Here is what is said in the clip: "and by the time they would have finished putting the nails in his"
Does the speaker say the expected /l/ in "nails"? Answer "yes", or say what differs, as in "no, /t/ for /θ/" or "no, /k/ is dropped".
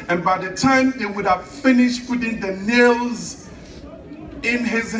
yes